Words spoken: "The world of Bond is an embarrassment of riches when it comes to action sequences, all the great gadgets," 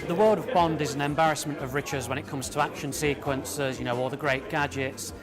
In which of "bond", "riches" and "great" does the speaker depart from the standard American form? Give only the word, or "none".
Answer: none